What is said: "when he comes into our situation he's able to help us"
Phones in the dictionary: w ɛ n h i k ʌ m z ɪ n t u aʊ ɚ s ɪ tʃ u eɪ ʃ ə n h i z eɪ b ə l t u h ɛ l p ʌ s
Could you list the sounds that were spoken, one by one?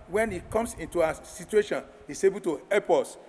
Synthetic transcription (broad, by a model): w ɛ n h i k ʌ m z ɪ n t u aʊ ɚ s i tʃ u eɪ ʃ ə n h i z eɪ b ə l t u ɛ p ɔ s